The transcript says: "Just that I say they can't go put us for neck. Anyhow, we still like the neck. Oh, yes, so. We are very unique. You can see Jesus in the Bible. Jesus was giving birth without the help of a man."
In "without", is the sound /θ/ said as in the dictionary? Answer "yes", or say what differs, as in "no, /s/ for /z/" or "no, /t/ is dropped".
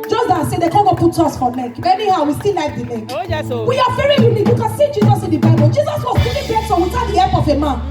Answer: no, /s/ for /θ/